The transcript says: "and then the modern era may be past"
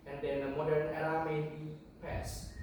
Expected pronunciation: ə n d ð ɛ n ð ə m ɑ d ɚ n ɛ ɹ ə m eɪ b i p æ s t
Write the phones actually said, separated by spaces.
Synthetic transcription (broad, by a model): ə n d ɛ n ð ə m ɑ d ɚ n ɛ l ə m eɪ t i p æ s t